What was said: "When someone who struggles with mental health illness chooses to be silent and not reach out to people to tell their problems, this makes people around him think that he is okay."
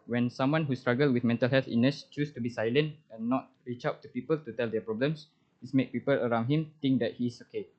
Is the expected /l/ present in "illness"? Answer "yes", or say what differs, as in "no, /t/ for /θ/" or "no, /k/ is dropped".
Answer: no, /l/ is dropped